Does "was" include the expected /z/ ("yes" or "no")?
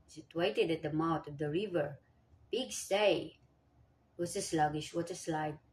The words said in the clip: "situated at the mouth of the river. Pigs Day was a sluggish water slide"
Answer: no